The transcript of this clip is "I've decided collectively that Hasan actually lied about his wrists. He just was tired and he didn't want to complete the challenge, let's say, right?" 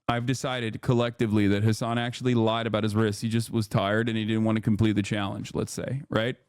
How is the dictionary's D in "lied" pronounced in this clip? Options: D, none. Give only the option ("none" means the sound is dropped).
D